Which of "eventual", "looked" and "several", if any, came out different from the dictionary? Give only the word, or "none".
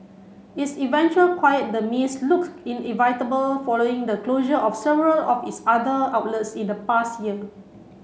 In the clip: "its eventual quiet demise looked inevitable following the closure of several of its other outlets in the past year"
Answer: looked